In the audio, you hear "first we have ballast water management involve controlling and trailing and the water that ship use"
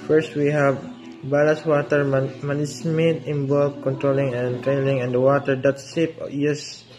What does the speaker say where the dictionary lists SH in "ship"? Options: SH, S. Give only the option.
S